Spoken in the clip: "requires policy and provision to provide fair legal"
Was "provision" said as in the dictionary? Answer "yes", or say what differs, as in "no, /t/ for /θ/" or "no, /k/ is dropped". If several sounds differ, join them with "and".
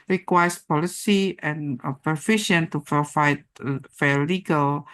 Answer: no, /ɹ/ is dropped and /f/ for /v/ and /ʃ/ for /ʒ/